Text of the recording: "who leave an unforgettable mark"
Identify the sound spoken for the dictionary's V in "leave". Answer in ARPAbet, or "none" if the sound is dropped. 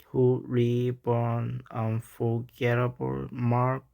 B